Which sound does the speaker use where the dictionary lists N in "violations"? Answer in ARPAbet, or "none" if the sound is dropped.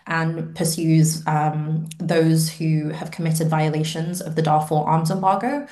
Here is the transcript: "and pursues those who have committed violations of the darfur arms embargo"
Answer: N